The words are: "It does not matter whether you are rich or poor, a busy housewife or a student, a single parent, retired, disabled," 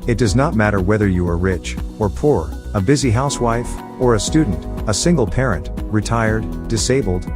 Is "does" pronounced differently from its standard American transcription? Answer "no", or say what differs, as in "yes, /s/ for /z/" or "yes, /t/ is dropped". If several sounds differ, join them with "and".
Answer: no